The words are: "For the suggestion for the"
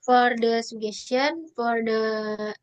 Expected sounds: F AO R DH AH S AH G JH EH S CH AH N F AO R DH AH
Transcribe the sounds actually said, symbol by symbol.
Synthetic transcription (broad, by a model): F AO R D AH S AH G EH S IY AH N F AO R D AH